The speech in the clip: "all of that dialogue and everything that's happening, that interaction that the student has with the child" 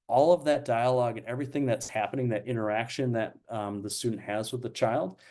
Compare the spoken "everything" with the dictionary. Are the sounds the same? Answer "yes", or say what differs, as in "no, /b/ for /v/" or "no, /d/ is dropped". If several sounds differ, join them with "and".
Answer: yes